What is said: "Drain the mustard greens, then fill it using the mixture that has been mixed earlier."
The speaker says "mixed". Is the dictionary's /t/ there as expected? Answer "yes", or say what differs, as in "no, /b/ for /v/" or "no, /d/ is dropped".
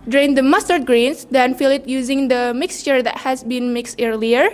yes